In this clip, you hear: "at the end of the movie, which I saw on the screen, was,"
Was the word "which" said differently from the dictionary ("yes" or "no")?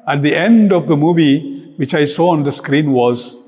no